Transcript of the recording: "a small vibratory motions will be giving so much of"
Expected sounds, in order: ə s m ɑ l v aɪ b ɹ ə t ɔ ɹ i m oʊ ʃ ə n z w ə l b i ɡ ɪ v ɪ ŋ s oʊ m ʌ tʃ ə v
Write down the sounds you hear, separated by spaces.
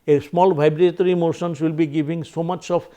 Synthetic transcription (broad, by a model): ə s m ɑ l b aɪ b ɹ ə t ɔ ɹ i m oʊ s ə n s w ə l b i ɡ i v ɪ ŋ s oʊ m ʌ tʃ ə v